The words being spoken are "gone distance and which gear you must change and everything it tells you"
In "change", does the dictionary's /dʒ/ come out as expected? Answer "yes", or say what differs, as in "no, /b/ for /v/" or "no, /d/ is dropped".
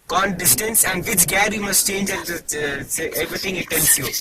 yes